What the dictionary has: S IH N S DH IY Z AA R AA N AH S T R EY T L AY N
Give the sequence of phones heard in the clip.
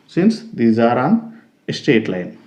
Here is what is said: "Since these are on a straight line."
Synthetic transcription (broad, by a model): S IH N S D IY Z AA R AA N AH S T EY T L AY N